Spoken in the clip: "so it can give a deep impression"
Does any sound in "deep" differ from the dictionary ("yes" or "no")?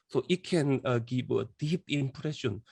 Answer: no